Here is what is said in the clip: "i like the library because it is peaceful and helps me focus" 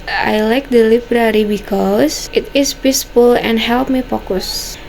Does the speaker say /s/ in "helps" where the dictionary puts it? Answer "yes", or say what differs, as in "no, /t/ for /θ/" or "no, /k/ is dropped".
no, /s/ is dropped